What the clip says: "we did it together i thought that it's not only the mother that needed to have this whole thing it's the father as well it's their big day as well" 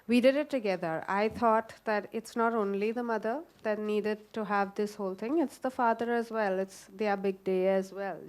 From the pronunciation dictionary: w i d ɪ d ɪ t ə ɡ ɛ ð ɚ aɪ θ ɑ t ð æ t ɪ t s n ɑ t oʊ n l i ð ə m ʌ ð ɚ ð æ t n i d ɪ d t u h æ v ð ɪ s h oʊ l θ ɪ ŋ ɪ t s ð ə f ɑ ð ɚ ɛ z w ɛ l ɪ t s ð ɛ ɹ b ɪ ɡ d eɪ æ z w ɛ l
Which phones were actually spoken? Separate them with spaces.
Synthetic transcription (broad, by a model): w i d ɪ d ɪ t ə ɡ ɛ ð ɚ aɪ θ ɑ t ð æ t ɪ t s n ɑ t oʊ n l i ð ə m ʌ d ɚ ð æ t n i d ɪ d t u h æ v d ɪ s h oʊ l t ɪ ŋ ɪ t s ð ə f ɑ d ɚ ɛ z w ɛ l ɪ t s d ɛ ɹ b ɪ ɡ d eɪ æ z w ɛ l